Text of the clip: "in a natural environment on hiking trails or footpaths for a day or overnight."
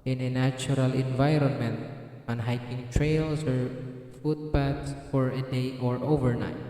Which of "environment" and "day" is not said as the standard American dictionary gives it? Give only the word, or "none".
none